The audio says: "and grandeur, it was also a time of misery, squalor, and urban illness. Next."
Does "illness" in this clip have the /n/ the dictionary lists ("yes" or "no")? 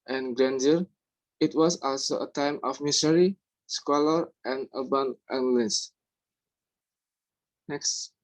no